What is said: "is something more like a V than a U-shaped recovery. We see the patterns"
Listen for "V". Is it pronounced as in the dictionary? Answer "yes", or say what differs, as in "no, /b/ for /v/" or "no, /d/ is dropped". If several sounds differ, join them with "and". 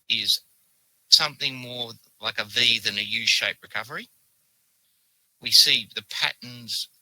yes